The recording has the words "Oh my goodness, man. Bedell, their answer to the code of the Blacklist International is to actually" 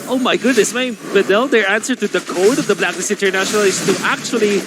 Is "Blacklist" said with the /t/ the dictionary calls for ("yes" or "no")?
no